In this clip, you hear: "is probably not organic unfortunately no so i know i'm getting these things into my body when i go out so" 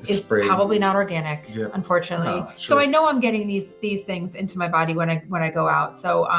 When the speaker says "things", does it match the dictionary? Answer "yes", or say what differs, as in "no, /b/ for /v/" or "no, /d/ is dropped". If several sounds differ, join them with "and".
yes